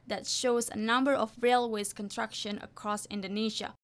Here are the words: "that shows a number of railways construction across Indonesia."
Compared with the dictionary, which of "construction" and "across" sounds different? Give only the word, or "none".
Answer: construction